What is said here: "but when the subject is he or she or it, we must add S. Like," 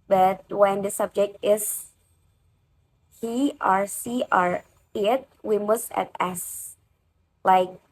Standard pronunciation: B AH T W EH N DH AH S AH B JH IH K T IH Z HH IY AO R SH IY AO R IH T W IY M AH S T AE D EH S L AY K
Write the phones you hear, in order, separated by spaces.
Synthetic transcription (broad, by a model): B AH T W EH N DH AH S AH B JH IH K T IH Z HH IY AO R S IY AO R IH T W IY M AH S T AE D EH S L AY K